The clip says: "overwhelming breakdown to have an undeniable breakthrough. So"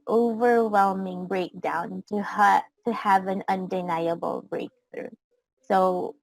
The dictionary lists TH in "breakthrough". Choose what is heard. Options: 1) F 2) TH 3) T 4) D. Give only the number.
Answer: 2